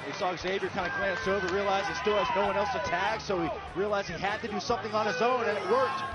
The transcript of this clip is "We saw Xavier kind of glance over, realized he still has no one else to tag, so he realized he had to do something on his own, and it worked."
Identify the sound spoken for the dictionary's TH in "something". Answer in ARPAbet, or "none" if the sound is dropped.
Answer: TH